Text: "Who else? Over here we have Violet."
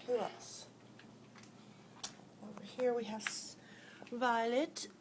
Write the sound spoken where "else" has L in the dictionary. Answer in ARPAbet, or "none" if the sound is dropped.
none